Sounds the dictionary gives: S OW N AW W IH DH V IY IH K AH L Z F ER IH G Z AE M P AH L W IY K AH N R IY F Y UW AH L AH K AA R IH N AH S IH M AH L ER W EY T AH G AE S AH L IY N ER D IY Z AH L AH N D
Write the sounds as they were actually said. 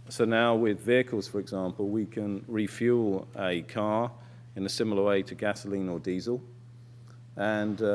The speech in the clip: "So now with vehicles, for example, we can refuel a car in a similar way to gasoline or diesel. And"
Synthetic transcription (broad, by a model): S OW N AW W IH DH V IY IH K AH L Z F ER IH G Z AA M P AH L W IY K AH N R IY F Y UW L AH K AA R IH N AH S IH M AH L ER W EY T AH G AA S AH L IY N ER D IY Z AH L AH N